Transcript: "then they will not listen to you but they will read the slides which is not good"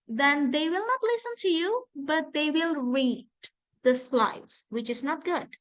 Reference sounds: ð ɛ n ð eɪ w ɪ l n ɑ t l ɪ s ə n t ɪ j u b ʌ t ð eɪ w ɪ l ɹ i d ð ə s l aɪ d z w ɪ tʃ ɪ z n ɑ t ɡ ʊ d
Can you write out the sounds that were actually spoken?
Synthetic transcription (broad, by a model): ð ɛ n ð eɪ w ɪ l n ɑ t l ɪ s ə n t ɪ j u b ʌ t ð eɪ w ɪ l ɹ i d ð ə s l aɪ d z w ɪ tʃ ɪ z n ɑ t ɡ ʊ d